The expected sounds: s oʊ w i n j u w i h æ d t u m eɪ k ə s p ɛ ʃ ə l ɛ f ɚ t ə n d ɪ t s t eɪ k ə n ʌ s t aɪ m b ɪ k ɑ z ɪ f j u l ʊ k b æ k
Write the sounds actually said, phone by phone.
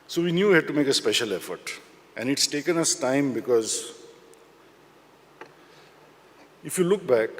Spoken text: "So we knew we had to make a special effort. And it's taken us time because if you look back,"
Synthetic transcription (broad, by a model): s oʊ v i n j u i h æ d t u m eɪ k ə s p ɛ ʃ ə l ɛ f ɚ t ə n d ɪ t s t eɪ k ə n ʌ s t aɪ m b ɪ k ɑ z ɪ f j u l ʊ k b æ k